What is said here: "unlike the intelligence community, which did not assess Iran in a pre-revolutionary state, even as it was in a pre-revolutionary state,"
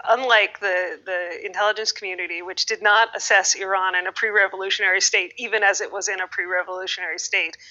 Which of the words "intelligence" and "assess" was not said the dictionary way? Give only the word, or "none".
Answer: none